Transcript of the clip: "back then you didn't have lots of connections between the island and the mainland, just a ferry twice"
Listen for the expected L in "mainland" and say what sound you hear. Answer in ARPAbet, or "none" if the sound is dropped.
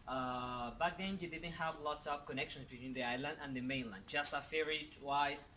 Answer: L